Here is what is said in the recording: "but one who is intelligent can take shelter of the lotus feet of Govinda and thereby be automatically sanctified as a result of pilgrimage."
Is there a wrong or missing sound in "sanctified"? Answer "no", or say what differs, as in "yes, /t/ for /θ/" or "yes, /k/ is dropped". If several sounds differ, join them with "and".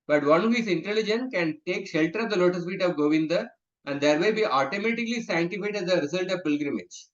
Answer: yes, /k/ is dropped